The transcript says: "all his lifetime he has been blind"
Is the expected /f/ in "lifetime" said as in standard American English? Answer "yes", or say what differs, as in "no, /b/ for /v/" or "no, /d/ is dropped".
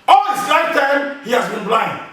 no, /f/ is dropped